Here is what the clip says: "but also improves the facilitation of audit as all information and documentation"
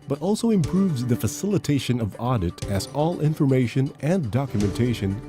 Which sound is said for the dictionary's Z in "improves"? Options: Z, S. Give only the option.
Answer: Z